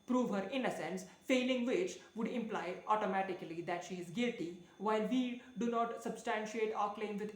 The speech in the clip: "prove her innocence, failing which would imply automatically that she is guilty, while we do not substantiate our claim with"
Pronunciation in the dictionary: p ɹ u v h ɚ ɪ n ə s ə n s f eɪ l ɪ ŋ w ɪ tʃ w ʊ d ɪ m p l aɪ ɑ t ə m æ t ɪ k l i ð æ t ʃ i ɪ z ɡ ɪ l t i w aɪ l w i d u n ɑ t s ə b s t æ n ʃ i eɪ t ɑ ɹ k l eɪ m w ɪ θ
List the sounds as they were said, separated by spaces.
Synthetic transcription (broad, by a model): p ɹ u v h ɚ ɪ n ə s ə n s f eɪ l ɪ ŋ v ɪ tʃ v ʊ d ɪ m p l aɪ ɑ t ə m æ t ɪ k l i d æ t ʃ i ɪ z ɡ ɪ l t i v aɪ l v i d u n ɑ t s ə b s t æ n ʃ i eɪ t ɑ ɹ k l eɪ m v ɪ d